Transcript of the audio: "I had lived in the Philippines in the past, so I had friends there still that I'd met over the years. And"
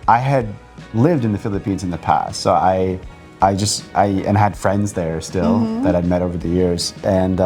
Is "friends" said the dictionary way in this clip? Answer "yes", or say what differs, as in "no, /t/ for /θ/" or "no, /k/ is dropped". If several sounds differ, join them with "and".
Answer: yes